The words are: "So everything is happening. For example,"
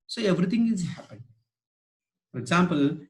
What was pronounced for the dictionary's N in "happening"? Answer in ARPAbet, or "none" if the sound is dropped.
none